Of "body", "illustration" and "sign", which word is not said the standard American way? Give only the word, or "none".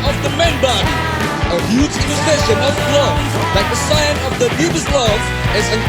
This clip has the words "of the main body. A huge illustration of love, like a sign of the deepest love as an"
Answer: illustration